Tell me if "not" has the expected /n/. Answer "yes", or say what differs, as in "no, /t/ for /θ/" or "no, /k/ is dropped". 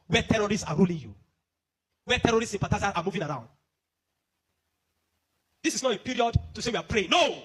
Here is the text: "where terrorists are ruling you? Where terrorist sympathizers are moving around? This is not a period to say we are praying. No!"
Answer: yes